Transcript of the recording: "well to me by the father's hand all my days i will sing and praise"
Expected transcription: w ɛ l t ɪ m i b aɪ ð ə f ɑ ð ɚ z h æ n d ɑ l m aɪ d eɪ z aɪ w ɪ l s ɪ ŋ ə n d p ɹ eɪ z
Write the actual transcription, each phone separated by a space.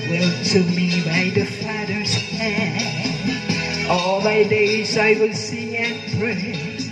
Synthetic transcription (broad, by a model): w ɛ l t ɪ m i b aɪ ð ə f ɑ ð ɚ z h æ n ɑ l m aɪ d eɪ z aɪ w ɪ l s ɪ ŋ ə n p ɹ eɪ